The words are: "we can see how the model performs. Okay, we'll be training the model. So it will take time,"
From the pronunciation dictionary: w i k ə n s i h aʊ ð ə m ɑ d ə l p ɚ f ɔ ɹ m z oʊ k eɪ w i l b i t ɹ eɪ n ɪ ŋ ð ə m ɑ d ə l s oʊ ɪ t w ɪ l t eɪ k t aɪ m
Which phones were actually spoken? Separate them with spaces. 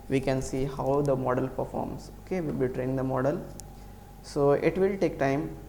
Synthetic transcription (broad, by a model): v i k ə n s i h aʊ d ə m ɑ d ə l p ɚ f ɔ ɹ m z oʊ k eɪ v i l b i t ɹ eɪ ɪ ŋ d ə m ɑ d ə l s oʊ ɪ t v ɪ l t eɪ k t aɪ m